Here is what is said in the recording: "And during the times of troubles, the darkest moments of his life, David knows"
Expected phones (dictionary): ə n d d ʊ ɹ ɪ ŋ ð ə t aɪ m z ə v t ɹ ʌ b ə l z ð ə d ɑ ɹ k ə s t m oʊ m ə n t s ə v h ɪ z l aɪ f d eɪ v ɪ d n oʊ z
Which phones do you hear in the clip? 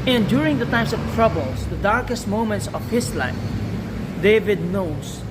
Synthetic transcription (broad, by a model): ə n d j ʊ ɹ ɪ ŋ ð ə t aɪ m s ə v t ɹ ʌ b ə l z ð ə d ɑ ɹ k ə s t m oʊ m ə n t s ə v h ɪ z l aɪ f d eɪ v ɪ d n oʊ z